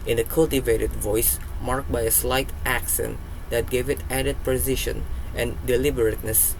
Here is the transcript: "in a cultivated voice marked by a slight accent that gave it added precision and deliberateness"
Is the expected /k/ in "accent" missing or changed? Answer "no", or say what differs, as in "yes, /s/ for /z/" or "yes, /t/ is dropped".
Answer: no